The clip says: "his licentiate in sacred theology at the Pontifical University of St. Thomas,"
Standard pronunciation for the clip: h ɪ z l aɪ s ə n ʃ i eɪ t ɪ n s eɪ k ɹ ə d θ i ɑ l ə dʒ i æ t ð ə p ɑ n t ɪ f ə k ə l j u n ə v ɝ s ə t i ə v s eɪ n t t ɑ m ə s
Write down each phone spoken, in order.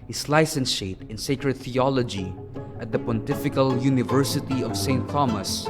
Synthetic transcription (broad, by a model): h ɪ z l aɪ s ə n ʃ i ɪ t ɪ n s eɪ k ɹ ə d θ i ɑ l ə dʒ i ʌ t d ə p ɑ n t ɪ f ə k ə l j u n ə v ɝ s ə t i ə v s eɪ n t t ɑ m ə s